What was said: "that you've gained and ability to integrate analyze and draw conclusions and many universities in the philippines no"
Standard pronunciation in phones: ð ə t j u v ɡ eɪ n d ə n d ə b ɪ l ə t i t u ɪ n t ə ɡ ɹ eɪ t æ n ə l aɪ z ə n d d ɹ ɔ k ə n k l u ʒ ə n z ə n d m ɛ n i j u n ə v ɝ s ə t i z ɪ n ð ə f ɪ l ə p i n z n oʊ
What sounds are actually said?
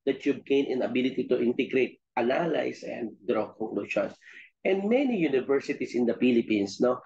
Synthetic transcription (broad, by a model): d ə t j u b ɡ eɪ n ə n ə b ɪ l ə t i t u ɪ n t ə ɡ ɹ eɪ t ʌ n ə l aɪ s ə n d d ɹ ɔ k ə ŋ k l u ʃ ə n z ə n d m ɛ n i j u n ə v ɝ s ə t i s ɪ n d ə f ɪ l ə p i n s n oʊ